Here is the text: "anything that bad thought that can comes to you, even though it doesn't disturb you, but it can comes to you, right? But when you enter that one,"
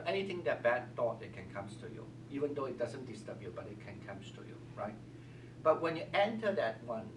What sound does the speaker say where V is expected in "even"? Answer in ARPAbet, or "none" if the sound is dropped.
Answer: V